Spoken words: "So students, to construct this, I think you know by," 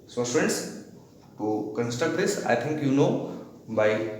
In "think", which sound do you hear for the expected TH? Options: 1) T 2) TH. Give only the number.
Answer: 1